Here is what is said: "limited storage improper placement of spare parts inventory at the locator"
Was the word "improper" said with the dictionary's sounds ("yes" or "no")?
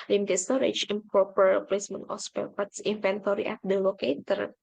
no